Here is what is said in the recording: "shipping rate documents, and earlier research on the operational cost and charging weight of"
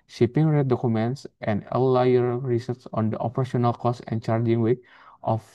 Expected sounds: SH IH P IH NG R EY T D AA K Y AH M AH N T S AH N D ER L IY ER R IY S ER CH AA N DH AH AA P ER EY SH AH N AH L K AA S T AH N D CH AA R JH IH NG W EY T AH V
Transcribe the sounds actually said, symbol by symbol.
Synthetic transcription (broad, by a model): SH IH P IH NG R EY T D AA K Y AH M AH N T S AH N D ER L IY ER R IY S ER S AA N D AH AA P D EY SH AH N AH L K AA S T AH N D CH AA R JH IH NG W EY T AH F